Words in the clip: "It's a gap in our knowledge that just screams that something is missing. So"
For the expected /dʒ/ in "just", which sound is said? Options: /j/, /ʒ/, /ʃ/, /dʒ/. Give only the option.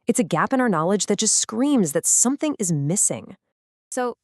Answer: /ʒ/